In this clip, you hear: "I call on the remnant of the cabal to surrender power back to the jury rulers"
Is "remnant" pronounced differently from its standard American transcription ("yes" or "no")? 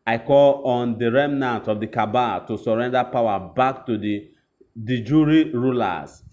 no